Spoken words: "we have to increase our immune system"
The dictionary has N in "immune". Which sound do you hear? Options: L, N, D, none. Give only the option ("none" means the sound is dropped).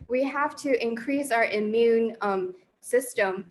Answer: N